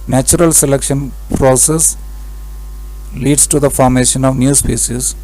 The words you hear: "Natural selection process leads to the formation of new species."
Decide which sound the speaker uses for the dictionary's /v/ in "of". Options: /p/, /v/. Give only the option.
/v/